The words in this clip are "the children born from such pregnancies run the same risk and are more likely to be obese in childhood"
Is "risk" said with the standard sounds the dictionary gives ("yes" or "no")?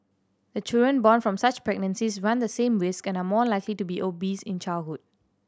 yes